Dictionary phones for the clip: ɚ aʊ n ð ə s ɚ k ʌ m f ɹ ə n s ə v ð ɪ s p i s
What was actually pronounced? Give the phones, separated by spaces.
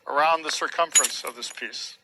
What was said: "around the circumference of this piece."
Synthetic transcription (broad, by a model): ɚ aʊ n ð ə s ɚ k ʌ m f ɹ ə n s ə v ð ɪ s p i s